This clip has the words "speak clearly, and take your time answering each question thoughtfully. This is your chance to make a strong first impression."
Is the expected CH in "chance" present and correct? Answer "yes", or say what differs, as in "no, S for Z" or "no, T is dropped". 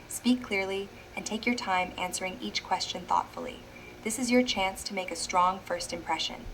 yes